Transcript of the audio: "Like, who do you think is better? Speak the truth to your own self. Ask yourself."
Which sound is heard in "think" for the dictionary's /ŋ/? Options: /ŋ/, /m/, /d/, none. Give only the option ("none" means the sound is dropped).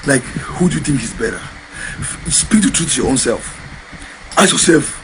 /ŋ/